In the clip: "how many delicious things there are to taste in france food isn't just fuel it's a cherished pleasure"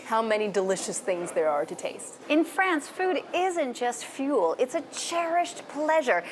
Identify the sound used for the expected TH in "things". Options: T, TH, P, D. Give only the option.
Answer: TH